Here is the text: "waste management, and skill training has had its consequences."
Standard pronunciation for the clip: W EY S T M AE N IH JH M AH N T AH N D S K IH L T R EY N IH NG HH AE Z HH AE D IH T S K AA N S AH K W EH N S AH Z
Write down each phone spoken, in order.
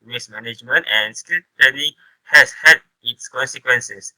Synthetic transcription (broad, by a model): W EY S M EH N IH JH M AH N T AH N S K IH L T EY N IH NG HH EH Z HH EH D IH T S K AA N S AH K W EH N S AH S